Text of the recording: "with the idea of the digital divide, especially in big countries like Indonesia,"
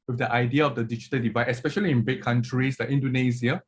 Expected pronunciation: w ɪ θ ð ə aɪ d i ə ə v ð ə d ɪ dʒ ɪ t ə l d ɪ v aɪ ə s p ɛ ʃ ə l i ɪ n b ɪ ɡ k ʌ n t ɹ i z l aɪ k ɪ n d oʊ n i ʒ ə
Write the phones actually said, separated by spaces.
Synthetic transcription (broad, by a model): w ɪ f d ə aɪ d i ə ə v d ə d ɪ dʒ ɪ t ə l d ɪ v aɪ ə s p ɛ ʃ ə l i ɪ n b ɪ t k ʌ n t ɹ i s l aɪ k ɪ n d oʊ n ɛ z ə